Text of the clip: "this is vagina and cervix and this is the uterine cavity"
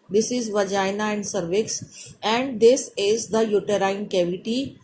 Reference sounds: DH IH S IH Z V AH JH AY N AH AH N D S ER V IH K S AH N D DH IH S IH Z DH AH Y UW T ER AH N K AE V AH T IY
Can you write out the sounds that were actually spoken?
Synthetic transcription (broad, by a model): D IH S IH Z V AH JH AY N AH AH N D S ER V IH K S AH N D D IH S IH Z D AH Y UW T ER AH N K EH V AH T IY